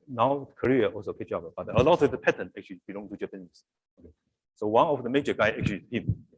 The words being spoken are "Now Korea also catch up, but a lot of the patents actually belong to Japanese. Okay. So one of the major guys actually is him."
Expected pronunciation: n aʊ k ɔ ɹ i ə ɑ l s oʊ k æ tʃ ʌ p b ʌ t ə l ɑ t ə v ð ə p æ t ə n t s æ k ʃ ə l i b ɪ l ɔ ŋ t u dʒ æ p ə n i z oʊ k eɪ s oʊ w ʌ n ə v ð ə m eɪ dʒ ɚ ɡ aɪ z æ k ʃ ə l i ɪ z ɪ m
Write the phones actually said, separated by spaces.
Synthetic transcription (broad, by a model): n aʊ k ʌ ɹ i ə ɑ l s oʊ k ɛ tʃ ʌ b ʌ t ə l ɑ t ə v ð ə p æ t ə n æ k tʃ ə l i b ɪ l ɔ ŋ t u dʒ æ p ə n i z oʊ k eɪ s oʊ w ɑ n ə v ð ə m eɪ dʒ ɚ ɡ aɪ æ k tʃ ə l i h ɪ m